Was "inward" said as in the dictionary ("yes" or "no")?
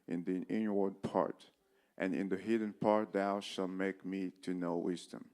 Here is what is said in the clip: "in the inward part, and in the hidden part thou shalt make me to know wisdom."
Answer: yes